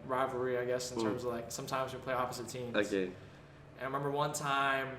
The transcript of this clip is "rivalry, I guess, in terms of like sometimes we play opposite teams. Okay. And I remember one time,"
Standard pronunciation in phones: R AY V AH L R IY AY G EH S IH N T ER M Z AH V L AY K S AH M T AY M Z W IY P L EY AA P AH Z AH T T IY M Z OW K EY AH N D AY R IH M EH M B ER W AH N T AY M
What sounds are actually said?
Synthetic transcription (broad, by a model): R AY V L R IY AY G EH S N T ER M Z AH V L AY K S AH M T AY M Z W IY P L EY AA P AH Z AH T T IY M OW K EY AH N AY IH M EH M B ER W AH N T AY M